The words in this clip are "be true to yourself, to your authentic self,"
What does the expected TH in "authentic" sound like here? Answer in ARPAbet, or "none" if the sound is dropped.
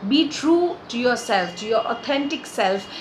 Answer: T